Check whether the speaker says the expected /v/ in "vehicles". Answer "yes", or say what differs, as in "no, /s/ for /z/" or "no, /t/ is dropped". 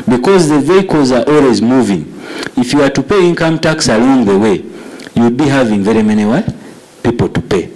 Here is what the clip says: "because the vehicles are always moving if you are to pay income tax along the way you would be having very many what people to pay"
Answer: yes